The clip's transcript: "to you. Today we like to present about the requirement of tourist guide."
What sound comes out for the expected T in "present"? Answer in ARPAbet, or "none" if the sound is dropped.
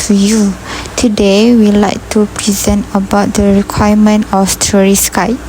T